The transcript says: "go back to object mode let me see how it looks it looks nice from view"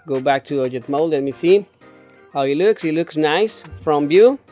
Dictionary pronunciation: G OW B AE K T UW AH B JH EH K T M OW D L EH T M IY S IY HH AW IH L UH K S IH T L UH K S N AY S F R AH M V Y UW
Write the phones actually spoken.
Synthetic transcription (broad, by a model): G OW B AE K T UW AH JH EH T M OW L L EH T M IY S IY HH AW IH L UH K S IH T L UH K S N AY S F R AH M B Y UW